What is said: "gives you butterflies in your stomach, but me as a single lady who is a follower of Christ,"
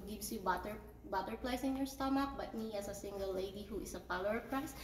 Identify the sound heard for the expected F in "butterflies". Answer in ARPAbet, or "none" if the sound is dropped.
P